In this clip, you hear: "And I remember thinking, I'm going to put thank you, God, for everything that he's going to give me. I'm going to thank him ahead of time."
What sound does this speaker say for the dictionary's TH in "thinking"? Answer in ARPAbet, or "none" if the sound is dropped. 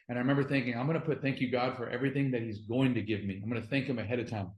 TH